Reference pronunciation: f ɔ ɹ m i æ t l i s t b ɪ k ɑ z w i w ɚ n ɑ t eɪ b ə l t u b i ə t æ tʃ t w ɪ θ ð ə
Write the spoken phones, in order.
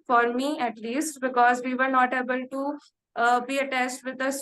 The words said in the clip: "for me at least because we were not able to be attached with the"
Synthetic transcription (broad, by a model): f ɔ ɹ m i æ t l i s t b ɪ k ɑ z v i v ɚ n ɑ t eɪ b ə l t u b i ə t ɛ s t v ɪ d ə